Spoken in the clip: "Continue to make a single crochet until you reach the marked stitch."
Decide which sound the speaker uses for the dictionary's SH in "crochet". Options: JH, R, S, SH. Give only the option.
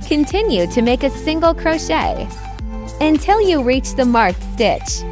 SH